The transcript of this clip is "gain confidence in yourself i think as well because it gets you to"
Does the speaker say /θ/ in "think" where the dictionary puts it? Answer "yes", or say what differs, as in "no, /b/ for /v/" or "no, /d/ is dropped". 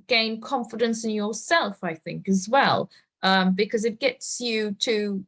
yes